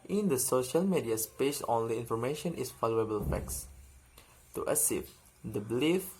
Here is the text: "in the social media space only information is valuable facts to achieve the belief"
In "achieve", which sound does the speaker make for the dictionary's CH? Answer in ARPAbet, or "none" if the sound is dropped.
S